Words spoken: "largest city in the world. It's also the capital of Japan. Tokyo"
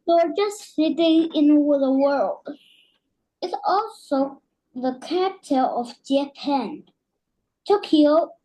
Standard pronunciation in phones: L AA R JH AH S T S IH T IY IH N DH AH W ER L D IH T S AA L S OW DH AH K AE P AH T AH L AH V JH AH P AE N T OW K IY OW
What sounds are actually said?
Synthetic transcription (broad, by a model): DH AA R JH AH S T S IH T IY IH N DH AH W ER L D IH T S AA L S OW DH AH K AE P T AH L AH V JH AH P AE N T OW K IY OW